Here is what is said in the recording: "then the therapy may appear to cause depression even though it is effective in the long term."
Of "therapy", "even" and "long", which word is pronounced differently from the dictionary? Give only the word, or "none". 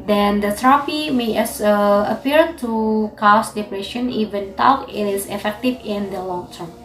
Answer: therapy